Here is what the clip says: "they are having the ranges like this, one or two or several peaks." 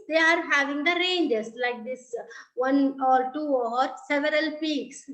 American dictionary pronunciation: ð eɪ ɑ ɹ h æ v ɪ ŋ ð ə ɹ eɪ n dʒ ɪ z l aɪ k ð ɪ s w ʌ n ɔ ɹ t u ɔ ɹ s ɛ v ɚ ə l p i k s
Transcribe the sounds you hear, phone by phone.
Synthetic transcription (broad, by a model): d eɪ ɑ ɹ h æ v ɪ ŋ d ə ɹ eɪ n dʒ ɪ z l aɪ k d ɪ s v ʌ n ɔ ɹ t u ɔ ɹ s ɛ v ɚ ə l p i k s